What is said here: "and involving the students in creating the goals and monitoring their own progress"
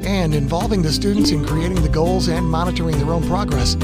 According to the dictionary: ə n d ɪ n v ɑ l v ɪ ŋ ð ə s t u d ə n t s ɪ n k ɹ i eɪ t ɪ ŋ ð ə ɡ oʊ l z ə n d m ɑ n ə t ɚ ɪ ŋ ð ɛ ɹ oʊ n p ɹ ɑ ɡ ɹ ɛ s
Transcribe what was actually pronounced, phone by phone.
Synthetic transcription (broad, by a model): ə n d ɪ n v ɑ l v ɪ ŋ ð ə s t u d n t s ɪ n k ɹ i eɪ t ɪ ŋ ð ə ɡ oʊ l z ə n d m ɑ n ə t ɚ ɪ ŋ ð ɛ ɹ oʊ n p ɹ ɑ ɡ ɹ ɛ s